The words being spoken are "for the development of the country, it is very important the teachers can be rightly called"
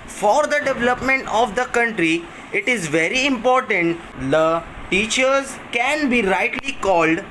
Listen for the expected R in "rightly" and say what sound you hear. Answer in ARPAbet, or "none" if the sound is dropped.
R